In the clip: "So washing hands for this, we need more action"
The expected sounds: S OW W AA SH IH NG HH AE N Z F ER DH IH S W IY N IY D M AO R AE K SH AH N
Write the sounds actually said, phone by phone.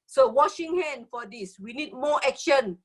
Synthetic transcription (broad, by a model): S OW W AA SH IH NG HH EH N F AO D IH S W IY N IY D M AO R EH K SH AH N